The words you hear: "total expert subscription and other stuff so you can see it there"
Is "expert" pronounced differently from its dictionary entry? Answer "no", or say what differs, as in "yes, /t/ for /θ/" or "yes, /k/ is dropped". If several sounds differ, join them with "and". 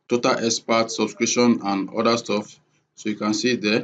yes, /k/ is dropped